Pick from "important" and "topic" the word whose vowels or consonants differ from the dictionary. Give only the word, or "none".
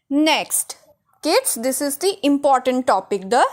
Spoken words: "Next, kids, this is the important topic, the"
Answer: none